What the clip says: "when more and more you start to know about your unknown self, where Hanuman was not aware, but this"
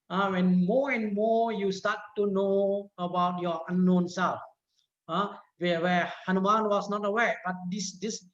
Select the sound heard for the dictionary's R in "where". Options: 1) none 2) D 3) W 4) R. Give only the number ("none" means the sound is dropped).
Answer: 3